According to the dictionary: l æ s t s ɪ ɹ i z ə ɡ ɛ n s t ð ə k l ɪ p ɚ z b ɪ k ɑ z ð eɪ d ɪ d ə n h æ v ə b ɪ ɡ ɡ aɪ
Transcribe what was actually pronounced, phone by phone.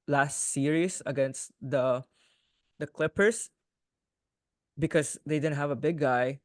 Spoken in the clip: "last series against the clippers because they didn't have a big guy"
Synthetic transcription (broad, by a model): l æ s t s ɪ ɹ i s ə ɡ ɛ n s t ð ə k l ɪ p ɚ s b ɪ k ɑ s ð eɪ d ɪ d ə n h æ v ə b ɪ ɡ ɡ aɪ